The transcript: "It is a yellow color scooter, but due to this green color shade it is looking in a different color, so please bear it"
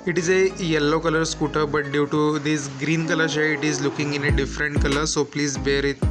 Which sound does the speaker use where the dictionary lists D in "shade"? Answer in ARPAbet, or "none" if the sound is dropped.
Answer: none